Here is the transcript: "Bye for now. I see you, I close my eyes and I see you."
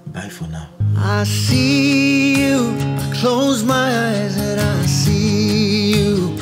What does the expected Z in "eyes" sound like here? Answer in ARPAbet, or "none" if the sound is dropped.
Z